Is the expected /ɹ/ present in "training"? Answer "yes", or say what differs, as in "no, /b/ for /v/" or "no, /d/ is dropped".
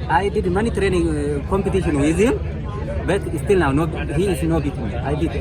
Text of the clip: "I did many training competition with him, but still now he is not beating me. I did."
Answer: yes